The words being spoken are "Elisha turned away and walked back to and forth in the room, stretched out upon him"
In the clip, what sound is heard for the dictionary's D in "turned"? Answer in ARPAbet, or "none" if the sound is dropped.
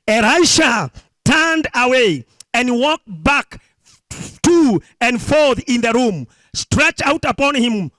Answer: D